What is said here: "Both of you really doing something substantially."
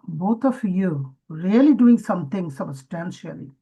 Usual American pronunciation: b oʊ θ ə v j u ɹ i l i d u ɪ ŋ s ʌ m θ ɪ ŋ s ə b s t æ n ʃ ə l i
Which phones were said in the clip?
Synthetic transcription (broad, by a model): b oʊ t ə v j u ɹ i l i d u ɪ ŋ s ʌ m t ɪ ŋ s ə b s t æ n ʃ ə l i